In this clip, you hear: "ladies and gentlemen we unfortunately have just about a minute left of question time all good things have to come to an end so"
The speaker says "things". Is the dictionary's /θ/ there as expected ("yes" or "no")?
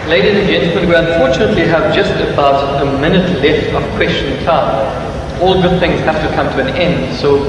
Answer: yes